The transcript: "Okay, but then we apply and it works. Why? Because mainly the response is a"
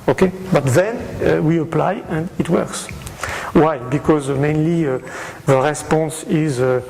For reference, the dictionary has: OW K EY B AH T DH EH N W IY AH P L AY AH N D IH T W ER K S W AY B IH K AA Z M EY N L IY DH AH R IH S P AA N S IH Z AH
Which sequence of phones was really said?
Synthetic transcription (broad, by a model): OW K EY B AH T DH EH N W IY AH P L AY AH N D IH T W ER K S W AY B IH K AA Z M EY N L IY DH AH R IH S P AA N S IH Z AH